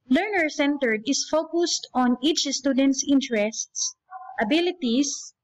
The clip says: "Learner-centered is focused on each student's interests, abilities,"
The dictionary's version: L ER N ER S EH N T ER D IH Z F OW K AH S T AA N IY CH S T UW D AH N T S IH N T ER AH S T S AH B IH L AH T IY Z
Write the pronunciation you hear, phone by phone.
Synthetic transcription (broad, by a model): L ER N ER S EH N T ER D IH S F OW K AH S T AA N IY CH S T UW D AH N T S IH N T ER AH S T S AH B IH L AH T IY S